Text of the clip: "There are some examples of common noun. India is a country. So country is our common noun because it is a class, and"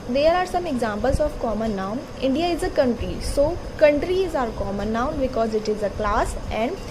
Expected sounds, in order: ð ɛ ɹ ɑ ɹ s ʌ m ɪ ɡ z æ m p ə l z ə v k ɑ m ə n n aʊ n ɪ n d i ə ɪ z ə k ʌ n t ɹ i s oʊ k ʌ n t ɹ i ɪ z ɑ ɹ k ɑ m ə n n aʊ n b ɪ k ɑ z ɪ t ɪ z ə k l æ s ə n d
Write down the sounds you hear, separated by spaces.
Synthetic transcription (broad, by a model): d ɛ ɹ ɑ ɹ s ʌ m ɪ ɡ z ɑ m p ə l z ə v k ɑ m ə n n aʊ n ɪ n d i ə ɪ z ə k ʌ n t ɹ i s oʊ k ʌ n t ɹ i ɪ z ɑ ɹ k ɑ m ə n n aʊ n b ɪ k ɑ z ɪ t ɪ z ə k l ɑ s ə n d